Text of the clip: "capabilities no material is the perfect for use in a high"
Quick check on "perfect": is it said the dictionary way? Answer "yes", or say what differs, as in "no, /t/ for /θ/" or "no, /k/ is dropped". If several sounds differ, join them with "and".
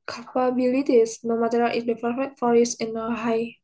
no, /k/ is dropped